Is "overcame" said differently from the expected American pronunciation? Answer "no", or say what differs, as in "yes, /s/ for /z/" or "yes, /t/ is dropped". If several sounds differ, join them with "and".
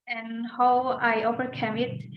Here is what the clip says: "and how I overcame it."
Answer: yes, /p/ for /v/